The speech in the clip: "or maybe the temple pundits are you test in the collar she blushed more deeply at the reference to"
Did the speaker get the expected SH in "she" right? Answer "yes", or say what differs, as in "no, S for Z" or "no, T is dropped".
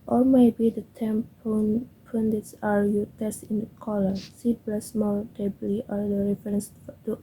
no, S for SH